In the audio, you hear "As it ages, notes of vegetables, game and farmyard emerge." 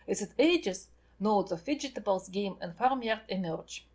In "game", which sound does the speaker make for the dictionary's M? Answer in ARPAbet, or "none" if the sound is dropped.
M